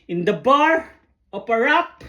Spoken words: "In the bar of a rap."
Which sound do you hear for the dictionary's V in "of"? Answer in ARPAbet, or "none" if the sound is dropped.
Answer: P